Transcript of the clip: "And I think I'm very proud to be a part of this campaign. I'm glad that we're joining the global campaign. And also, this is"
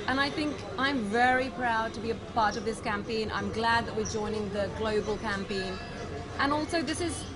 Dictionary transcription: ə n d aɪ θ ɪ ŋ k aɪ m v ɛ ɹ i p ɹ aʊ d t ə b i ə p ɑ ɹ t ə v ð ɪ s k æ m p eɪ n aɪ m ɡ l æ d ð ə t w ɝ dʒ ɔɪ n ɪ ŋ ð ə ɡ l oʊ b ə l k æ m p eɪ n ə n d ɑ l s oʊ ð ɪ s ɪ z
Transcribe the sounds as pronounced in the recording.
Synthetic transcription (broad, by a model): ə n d aɪ θ ɪ ŋ k aɪ m v ɛ ɹ i p ɹ aʊ d t ə b i ə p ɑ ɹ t ə v ð ɪ s k æ m p eɪ n aɪ m ɡ l æ d ð ə t w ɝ dʒ ɔɪ n ɪ ŋ ð ə ɡ l oʊ b ə l k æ m p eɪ n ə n ɑ l s oʊ ð ɪ s ɪ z